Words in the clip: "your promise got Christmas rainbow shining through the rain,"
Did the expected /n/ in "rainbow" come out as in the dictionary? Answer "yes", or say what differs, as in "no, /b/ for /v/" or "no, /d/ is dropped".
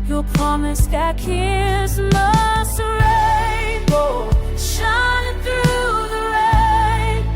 no, /n/ is dropped